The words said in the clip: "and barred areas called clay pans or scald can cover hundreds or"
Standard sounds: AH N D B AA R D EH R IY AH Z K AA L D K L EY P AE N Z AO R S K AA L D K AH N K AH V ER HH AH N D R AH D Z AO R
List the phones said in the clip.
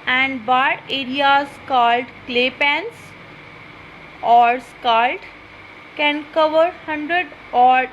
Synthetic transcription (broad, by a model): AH N D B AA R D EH R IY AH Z K AA L D K L EY P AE N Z AO R S K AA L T K AH N K AH V ER HH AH N D R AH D AO R